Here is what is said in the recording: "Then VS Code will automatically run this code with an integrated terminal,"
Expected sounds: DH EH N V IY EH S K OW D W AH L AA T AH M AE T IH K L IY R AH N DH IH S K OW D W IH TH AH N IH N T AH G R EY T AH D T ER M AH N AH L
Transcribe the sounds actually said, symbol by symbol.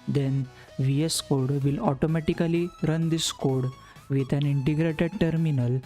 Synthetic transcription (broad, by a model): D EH N V IY EH S K OW D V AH L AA T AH M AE T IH K L IY R AH N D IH S K OW D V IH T AH N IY N T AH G R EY T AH D T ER M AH N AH L